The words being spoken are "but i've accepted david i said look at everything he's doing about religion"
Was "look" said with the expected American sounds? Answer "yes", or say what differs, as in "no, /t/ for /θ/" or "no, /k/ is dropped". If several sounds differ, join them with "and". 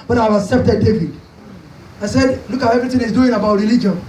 yes